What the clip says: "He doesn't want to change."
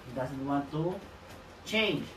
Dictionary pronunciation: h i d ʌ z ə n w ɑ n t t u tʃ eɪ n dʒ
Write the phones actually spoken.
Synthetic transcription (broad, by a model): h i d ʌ s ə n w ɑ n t t u tʃ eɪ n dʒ